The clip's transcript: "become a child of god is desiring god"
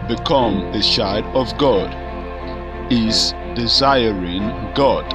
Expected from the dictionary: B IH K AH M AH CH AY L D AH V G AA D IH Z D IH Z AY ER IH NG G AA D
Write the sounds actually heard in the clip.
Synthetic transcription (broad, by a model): B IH K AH M AH SH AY D AH V G AA D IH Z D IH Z AY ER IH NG G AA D